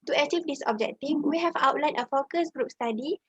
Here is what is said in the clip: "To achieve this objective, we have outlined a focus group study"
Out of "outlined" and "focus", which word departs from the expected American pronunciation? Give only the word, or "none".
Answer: outlined